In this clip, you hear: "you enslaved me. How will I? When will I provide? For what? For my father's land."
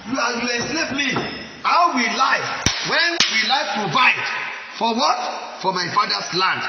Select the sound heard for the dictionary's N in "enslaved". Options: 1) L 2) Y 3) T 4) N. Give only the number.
1